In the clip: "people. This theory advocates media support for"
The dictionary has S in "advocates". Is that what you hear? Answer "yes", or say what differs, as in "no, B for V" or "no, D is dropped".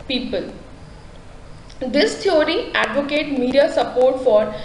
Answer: no, S is dropped